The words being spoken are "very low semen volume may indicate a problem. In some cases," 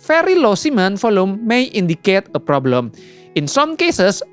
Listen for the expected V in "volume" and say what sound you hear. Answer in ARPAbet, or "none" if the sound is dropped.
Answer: F